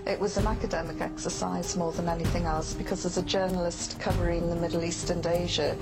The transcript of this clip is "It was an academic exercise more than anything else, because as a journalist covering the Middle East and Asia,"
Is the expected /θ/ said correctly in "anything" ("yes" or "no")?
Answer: yes